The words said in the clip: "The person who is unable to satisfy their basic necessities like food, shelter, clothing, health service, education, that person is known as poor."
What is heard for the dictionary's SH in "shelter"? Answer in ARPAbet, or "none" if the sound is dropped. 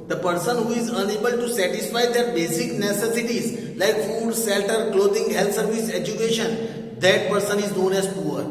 S